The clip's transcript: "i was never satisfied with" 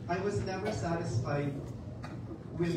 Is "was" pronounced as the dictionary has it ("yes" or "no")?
yes